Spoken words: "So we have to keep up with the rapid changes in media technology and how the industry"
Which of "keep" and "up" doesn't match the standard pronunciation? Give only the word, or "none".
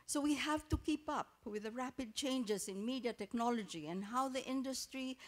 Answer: none